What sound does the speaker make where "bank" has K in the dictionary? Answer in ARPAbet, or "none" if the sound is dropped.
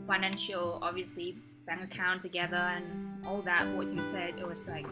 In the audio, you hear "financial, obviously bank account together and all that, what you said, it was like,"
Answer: none